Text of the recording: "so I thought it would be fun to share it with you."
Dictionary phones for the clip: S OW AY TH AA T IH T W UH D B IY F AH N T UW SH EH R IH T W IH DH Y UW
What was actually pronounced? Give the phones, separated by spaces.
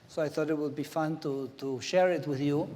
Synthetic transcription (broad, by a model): S OW AY TH AA T IH T W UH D B IY F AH N T UW SH EH R IH T W IH DH Y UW